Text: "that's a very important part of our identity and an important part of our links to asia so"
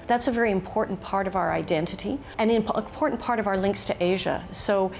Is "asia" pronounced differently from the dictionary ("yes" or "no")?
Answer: no